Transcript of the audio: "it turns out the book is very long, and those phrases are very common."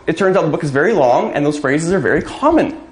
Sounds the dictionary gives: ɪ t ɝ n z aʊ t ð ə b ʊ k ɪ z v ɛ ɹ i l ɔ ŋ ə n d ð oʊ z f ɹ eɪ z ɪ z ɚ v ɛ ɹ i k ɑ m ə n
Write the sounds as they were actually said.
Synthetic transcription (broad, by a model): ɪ t ɝ n z aʊ t ð ə b ʊ k ɪ z v ɛ ɹ i l ɔ ŋ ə n ð oʊ z f ɹ eɪ z ɪ z ɚ v ɛ ɹ i k ɑ m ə n